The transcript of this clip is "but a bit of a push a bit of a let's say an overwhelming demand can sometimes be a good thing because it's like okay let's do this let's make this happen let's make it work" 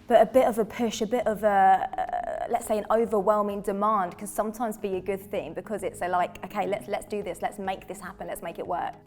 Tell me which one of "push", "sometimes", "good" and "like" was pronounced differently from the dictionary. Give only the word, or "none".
none